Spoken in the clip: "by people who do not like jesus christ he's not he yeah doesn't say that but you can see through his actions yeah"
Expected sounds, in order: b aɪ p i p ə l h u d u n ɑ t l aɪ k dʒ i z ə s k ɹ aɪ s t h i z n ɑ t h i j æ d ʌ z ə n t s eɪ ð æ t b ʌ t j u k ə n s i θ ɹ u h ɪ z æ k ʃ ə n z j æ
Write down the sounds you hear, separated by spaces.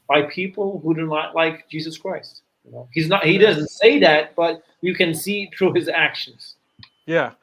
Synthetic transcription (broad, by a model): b aɪ p i p l h u d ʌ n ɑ t l aɪ k dʒ i z ə s k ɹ aɪ s t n i z n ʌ t h i d ʌ z ə n t s eɪ ð æ t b ʌ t j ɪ k ə n s i θ ɹ u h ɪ z æ k ʃ ə n z j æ